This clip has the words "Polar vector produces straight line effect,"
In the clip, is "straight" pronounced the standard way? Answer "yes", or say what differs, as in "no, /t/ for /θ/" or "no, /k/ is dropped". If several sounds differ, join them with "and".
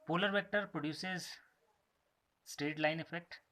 no, /ɹ/ is dropped